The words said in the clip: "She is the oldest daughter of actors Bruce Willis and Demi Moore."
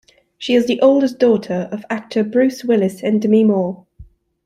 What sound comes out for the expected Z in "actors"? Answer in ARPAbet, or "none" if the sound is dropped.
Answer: none